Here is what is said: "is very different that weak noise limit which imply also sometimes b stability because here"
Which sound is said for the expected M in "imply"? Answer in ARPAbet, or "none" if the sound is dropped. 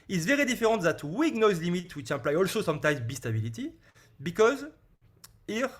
none